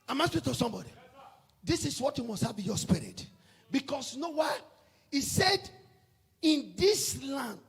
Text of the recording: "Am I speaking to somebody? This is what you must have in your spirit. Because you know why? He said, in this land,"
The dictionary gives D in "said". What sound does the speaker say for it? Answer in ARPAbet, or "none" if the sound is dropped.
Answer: D